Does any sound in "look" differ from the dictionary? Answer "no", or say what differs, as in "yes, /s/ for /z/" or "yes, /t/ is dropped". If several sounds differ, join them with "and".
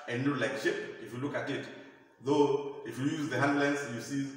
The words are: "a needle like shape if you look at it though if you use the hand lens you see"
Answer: no